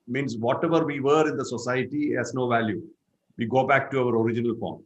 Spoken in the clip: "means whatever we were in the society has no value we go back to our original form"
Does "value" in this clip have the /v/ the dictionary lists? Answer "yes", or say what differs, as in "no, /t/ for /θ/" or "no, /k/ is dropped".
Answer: yes